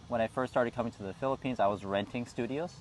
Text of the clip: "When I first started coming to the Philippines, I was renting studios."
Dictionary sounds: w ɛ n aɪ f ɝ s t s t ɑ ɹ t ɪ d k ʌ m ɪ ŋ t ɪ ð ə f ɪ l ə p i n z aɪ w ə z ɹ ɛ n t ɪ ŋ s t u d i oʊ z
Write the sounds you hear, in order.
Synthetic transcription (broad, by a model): w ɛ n aɪ f ɝ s s t ɑ ɹ t ɪ d k ʌ m ɪ ŋ t ɪ ð ə f ɪ l ə p i n z aɪ w ə z ɹ ɛ n t ɪ ŋ s t u d i oʊ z